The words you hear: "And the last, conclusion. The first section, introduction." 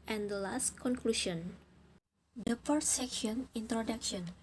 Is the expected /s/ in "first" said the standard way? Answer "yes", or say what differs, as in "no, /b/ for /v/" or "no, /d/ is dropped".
no, /s/ is dropped